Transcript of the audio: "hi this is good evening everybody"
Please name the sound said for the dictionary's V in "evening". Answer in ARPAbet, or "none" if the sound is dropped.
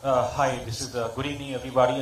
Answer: none